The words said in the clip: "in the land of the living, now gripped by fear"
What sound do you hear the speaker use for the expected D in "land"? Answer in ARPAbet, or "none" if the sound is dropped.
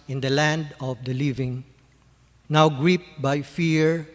D